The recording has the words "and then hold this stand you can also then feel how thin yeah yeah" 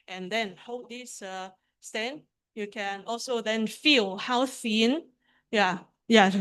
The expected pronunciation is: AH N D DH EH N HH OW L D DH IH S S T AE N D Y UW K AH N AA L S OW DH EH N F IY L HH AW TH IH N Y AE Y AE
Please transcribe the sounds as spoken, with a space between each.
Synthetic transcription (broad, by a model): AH N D EH N HH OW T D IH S S T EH N Y UW K AH N AA L S OW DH EH N F IY L HH AW S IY N Y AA Y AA